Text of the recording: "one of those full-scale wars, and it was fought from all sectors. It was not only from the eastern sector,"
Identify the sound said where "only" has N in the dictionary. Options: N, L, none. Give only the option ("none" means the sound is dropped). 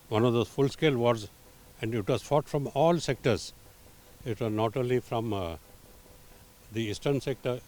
none